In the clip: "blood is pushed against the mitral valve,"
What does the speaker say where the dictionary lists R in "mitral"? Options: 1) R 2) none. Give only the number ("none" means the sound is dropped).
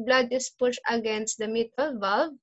2